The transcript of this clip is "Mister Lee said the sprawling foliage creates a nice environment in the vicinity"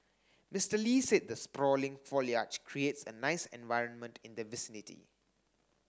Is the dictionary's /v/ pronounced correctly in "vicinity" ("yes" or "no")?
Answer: yes